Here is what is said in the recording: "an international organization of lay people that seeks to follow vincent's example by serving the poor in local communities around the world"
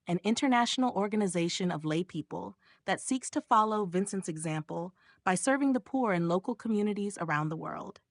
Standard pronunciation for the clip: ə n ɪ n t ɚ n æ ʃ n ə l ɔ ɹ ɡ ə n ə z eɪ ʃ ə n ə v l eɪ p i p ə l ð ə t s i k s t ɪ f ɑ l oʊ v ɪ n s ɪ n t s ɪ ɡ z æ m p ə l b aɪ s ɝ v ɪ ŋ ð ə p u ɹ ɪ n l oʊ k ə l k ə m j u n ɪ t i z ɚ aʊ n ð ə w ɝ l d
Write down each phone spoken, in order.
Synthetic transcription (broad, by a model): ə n ɪ n t ɚ n æ ʃ n l ɔ ɹ ɡ ə n ə z eɪ ʃ ə n ə v l eɪ p i p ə l ð ə t s i k s t ɪ f ɑ l oʊ v ɪ n s ɪ n t s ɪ ɡ z æ m p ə l b aɪ s ɝ v ɪ ŋ ð ə p u ɹ ɪ n l oʊ k l k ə m j u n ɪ t i z ɚ aʊ n ð ə w ɝ l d